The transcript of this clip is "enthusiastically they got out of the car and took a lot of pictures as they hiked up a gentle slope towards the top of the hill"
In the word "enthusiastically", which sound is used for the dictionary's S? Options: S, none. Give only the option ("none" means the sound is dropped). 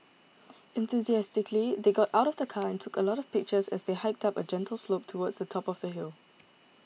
S